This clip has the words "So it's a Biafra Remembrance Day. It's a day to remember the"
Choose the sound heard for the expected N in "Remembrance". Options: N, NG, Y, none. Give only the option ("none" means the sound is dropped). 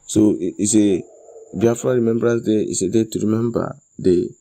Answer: none